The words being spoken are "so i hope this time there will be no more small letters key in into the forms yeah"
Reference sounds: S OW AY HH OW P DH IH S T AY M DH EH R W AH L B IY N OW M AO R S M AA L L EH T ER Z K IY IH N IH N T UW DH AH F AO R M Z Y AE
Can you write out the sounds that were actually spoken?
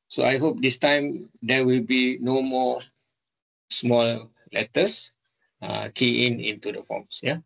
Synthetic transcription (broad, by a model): S OW AY HH OW P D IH S T AY M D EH W AH L B IY N OW M AO S M AA L L EH T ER S K IY IH N IH N T UW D AH F AO M S Y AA